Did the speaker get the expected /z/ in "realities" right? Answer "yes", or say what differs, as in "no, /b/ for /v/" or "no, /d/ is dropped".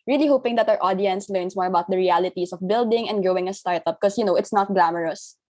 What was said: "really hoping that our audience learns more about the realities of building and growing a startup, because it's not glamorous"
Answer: no, /s/ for /z/